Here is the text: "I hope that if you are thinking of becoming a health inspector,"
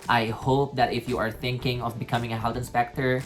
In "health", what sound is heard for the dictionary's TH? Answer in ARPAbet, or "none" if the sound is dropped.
T